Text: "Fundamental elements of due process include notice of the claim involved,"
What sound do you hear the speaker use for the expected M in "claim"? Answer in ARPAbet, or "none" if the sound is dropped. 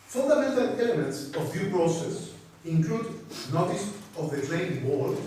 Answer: none